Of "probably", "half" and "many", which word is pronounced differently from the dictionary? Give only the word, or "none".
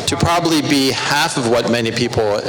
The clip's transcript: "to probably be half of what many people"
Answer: none